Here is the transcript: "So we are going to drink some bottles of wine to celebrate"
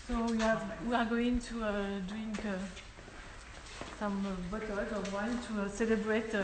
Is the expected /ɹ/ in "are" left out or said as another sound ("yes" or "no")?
yes